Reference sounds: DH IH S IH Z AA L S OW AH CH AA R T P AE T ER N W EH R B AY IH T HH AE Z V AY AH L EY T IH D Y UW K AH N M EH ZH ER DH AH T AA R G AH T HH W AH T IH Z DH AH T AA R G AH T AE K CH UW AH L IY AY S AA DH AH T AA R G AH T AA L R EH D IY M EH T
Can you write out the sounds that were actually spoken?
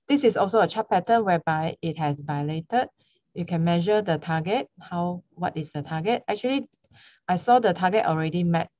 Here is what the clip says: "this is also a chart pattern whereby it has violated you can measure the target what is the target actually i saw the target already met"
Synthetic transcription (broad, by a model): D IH S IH S AA L S OW AH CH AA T P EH T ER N W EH B AY IH T HH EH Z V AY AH L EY T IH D Y UW K AH N M EH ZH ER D AH T AA G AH T HH W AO T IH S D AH T AA G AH T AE K CH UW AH L IY AY S AA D AH T AA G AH T AA L R EH D IY M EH T